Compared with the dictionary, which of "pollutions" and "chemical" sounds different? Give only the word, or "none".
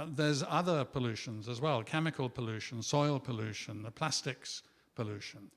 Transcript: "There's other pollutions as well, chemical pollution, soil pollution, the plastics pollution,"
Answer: none